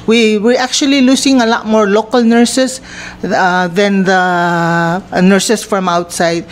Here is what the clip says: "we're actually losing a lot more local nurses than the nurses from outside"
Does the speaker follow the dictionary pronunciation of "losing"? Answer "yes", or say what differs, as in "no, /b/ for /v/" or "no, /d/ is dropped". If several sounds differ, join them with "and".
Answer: no, /s/ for /z/